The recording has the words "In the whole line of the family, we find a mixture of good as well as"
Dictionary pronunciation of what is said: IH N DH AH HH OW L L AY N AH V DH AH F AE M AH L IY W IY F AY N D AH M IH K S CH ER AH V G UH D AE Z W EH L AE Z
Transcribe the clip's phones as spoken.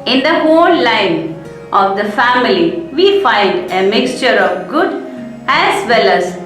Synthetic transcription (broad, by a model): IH N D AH HH OW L L AY N AH V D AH F AE M AH L IY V IY F AY N D AH M IH K S CH ER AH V G UH D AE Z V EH L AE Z